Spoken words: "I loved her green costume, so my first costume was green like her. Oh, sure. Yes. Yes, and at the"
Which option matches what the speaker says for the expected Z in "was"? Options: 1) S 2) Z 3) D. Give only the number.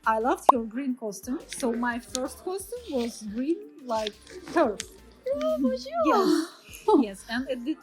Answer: 2